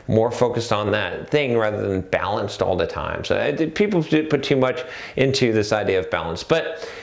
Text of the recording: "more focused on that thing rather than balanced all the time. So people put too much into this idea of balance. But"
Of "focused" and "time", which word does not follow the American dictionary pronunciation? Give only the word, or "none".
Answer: none